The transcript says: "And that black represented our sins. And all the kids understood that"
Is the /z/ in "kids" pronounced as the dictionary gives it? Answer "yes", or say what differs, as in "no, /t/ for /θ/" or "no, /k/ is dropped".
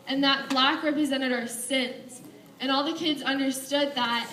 yes